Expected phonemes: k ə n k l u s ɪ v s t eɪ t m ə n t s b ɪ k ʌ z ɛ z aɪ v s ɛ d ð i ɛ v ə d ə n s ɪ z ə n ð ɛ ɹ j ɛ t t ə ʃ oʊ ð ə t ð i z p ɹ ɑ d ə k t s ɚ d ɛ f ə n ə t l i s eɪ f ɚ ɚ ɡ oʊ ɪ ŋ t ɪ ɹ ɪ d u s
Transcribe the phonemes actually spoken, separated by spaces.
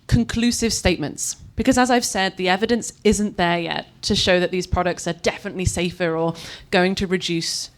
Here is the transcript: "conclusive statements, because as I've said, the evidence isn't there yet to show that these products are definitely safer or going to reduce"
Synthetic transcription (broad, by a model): k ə n k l u s ɪ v s t eɪ t m ə n t s b ɪ k ʌ z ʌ z aɪ v s ɛ d ð i ɛ v ə d ə n s ɪ z ə n ð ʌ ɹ j ɛ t t ə ʃ oʊ ð ə t ð i z p ɹ ɑ d ə k t s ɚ d ɛ f ə n ə t l i s eɪ f ɚ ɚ ɡ oʊ ɪ ŋ t ɪ ɹ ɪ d u s